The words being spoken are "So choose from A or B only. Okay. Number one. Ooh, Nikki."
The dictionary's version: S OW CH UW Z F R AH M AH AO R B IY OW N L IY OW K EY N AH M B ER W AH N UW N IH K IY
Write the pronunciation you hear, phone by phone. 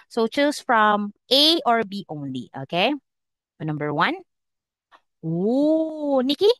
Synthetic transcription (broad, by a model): S OW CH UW S F R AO M AH AO R B IY OW N L IY OW K EY N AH M B ER W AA N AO N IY K IY